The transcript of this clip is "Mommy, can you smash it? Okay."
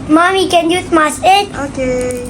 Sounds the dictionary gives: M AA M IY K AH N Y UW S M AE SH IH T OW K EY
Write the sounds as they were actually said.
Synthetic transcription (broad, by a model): M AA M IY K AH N Y UW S M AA S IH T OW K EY